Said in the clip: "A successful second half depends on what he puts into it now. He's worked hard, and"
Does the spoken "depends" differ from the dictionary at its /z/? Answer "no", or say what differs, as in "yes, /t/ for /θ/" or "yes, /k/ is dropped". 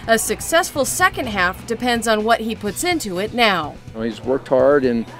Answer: no